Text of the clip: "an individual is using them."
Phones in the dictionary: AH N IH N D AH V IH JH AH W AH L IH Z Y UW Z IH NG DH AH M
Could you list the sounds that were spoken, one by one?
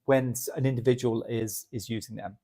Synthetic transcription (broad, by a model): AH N IH N D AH V IH JH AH W AH L IH Z Y UW Z IH NG DH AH M